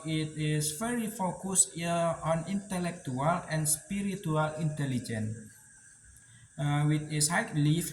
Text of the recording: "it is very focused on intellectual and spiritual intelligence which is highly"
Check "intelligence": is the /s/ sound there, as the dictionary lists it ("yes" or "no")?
no